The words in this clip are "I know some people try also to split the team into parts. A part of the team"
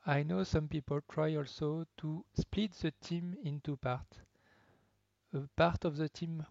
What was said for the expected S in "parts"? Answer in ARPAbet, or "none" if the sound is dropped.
none